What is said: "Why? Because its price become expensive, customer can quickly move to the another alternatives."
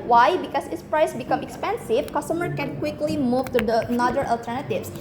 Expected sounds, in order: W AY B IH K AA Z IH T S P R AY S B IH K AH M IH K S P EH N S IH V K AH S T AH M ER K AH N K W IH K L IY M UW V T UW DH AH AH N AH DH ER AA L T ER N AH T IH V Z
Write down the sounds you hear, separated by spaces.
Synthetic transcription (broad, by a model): W AY B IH K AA S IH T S P R AY S B IH K AH M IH K S P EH N S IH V K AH S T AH M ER K AH N K W IH K L IY M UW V T UW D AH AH N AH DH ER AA L T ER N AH T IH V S